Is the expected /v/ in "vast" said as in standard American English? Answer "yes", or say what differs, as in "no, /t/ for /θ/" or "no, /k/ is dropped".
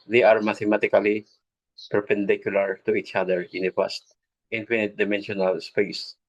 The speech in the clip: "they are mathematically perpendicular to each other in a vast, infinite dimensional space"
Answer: no, /p/ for /v/